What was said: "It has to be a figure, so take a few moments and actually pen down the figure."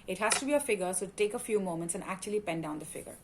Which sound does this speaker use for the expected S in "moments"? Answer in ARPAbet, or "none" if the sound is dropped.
S